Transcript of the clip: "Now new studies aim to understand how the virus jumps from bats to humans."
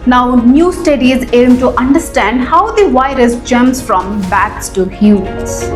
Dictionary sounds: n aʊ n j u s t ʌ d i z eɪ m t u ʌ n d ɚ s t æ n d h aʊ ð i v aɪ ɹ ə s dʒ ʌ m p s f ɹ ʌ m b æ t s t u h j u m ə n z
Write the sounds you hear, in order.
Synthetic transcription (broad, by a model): n aʊ n j u s t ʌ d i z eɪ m t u ʌ n d ɚ s t æ n d h aʊ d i v aɪ ɹ ə s dʒ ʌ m s f ɹ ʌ m b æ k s t u h j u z